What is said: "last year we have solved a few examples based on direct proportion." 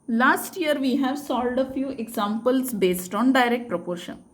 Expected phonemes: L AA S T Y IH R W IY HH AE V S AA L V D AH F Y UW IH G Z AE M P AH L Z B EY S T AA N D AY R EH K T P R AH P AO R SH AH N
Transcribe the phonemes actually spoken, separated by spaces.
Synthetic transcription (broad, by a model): L AA S T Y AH R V IY HH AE V S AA L D AH F Y UW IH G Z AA M P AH L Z B EY S T AA N D AY R EH K T P R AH P AO R SH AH N